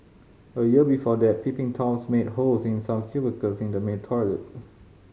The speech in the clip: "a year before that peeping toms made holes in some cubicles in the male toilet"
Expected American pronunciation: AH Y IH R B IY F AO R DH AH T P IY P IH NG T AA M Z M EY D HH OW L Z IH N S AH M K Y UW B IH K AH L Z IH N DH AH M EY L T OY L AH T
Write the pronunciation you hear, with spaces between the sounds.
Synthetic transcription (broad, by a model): AH Y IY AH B IY F AO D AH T P IY P IH NG T AA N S M EY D HH OW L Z IH N S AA M K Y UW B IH K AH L S IH N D AH M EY N T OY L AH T